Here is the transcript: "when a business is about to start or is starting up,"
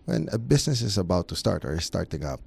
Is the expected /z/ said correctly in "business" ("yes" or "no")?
no